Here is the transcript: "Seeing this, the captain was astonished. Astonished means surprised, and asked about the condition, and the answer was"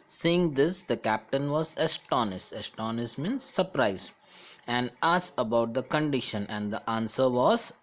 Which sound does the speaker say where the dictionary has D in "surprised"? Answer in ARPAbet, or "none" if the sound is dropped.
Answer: none